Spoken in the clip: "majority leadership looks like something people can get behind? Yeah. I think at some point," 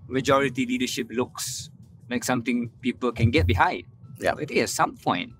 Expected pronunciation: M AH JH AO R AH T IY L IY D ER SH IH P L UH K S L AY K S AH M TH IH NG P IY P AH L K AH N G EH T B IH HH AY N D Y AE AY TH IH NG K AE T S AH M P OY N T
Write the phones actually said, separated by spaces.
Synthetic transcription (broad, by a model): M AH JH AO R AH T IY L IY D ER SH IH P L UH K S L AY K S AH M T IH NG P IY P AH L K AH N G EH T B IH HH AY D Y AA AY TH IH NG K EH T S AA M P OY N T